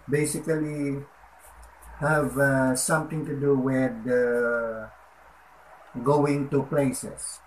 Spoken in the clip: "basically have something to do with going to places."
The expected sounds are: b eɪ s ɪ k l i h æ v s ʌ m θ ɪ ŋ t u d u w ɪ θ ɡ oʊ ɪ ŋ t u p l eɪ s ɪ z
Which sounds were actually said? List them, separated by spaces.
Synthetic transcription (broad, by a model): b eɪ s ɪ k l i h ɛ v s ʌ m t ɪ ŋ t u d u w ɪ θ ɡ oʊ ɪ ŋ t u p l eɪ s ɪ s